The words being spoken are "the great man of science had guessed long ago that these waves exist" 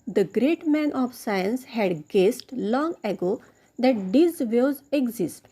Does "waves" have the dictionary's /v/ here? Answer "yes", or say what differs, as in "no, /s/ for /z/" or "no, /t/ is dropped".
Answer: no, /v/ is dropped